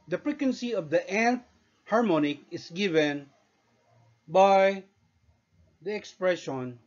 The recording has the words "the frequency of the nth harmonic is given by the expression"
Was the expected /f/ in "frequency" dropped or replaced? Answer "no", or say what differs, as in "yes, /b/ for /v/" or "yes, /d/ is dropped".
yes, /p/ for /f/